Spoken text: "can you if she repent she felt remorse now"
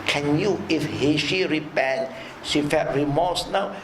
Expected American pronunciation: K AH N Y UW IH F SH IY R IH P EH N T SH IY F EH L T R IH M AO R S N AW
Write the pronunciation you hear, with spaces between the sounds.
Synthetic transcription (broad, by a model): K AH N Y UW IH F SH IY R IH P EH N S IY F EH T R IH M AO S N AW